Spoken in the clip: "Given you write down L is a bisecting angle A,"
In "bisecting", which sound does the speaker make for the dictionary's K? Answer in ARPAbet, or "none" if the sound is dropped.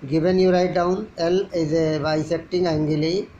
none